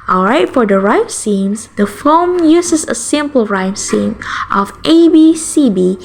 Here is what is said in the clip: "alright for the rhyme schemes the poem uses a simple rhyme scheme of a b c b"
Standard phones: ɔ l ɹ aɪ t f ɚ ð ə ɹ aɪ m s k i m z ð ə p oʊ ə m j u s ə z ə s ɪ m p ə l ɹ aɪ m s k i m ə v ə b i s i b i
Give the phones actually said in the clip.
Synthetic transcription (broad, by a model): ɔ l ɹ aɪ t f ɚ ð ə ɹ aɪ m s i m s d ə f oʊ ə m j u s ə s ə s ɪ m p ə l ɹ aɪ m s i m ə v ə b i s i b i